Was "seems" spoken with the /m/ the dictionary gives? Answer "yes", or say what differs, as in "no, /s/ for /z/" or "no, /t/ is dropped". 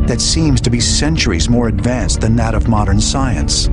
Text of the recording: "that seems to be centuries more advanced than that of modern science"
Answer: yes